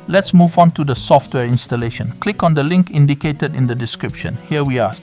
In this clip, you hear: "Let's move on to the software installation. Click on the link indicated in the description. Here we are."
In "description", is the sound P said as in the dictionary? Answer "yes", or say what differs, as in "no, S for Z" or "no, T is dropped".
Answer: yes